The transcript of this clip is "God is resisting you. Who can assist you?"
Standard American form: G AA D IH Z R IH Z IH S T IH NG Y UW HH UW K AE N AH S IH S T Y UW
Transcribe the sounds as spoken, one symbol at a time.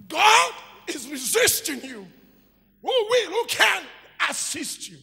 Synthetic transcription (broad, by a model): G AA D IH Z R IH Z IH S T IH NG Y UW HH UW K AE N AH S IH S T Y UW